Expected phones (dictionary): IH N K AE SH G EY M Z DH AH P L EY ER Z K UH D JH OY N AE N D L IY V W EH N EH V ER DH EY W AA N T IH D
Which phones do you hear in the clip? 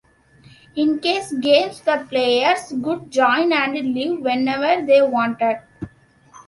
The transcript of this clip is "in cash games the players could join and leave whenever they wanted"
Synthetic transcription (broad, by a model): IH N K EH S G EY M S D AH P L EY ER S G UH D JH OY N AE N D L IY V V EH N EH V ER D EY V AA N T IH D